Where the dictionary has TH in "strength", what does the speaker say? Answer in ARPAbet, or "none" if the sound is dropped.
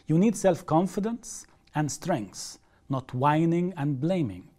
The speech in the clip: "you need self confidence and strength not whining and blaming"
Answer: S